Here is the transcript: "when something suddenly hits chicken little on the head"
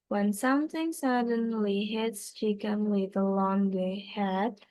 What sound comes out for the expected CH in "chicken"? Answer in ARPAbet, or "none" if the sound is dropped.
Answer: SH